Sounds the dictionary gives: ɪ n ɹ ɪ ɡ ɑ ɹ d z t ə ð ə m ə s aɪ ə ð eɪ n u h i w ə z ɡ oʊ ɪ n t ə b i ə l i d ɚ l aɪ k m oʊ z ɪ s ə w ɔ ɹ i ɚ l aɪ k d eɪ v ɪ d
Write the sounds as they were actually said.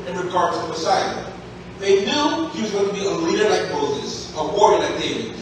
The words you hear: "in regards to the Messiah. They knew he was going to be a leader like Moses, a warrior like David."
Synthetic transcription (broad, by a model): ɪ n ɹ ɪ ɡ ɑ ɹ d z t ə ð ə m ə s aɪ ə ð eɪ n u h i w ə z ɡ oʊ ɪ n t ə b i ə l i d ɚ l aɪ k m oʊ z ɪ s ə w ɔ ɹ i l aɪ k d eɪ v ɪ